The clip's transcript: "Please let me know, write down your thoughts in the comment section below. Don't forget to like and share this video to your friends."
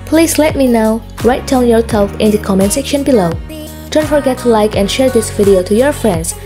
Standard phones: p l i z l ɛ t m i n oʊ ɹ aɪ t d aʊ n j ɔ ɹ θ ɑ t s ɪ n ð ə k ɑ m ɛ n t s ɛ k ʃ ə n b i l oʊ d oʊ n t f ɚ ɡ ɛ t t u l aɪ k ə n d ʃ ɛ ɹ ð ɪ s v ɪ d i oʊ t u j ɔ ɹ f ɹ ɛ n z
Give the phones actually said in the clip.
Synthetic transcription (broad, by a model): p l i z l ɛ t m i n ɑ ɹ aɪ t d aʊ n j ɔ ɹ s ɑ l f ɪ n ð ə k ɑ m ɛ n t s ɛ k ʃ ə n b i l oʊ d oʊ n t f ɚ ɡ ɛ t t u l aɪ k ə n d ʃ ɛ ɹ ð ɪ s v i d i oʊ t u j ɔ ɹ f ɹ ɛ n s